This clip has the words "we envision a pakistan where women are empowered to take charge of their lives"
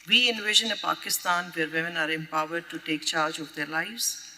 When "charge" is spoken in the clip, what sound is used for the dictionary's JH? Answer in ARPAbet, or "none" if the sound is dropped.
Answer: JH